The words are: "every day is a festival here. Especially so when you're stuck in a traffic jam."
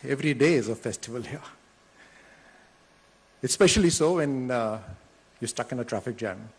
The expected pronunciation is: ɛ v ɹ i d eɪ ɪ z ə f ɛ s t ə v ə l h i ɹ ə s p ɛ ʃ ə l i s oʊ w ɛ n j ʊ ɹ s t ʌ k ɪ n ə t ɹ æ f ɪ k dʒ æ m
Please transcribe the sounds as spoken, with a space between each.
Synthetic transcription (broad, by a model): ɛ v ɹ i d eɪ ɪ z ə f ɛ s t ə v ə l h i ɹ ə s p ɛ ʃ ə l i s oʊ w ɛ n j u s t ʌ k ɪ n ə t ɹ æ f ɪ k dʒ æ m